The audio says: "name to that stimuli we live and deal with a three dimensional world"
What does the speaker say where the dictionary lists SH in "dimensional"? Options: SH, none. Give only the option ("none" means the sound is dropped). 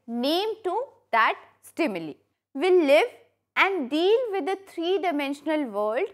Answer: SH